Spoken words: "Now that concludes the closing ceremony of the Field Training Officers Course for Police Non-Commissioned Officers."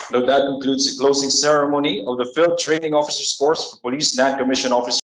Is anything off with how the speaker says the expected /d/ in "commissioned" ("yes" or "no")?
yes